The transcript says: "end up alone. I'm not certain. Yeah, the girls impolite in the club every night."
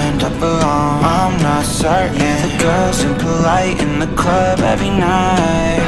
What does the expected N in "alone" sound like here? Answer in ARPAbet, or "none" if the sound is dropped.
none